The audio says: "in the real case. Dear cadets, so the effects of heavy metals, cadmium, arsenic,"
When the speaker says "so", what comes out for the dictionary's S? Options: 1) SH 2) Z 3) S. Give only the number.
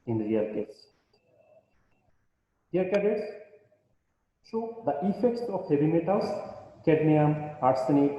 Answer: 1